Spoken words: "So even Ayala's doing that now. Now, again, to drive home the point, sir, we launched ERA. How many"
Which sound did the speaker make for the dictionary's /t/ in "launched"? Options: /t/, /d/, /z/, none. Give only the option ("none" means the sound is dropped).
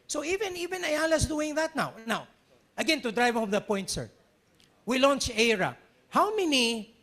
none